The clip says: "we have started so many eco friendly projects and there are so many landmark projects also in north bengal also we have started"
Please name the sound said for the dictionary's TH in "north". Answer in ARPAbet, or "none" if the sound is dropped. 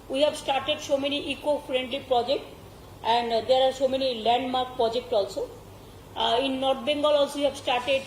T